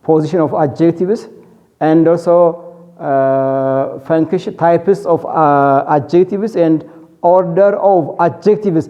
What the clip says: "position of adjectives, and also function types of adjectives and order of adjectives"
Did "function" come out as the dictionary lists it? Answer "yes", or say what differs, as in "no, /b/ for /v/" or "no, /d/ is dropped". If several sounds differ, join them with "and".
no, /ʃ/ is dropped